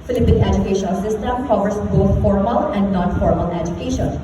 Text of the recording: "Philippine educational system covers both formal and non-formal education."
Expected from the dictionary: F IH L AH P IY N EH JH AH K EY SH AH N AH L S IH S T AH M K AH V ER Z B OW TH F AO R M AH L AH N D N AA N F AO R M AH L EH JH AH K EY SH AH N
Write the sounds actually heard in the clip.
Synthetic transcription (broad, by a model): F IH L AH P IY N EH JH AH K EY SH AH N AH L S IH S T AH M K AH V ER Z B OW T F AO R M AH L AH N D N AA N F AO R M AH L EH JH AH K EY SH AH N